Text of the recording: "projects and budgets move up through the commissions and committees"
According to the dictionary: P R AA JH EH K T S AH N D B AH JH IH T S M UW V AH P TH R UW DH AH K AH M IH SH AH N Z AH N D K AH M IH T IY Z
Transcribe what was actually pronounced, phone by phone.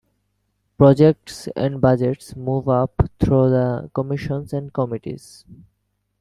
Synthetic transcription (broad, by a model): P R AA JH EH K T S AH N D B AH JH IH T S M UW V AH P T R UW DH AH K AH M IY SH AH N S AH N D K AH M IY T IY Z